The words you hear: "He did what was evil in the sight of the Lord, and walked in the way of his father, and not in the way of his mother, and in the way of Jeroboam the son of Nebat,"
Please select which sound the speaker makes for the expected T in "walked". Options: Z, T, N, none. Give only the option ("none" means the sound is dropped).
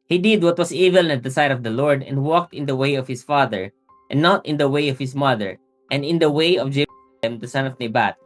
T